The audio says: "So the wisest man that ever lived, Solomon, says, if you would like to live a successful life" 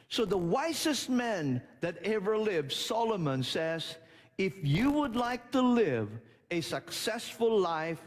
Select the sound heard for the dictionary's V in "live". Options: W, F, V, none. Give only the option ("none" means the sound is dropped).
V